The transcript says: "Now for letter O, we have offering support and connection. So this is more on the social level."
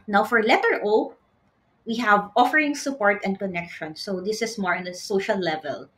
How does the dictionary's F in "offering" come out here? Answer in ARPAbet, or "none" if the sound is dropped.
F